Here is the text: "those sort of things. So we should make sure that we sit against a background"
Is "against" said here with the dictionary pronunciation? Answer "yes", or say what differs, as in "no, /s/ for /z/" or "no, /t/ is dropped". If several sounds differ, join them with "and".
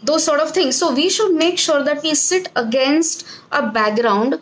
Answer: yes